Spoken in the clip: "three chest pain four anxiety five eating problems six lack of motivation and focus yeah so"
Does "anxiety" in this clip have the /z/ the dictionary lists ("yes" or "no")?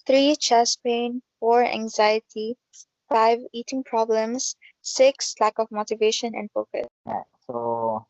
yes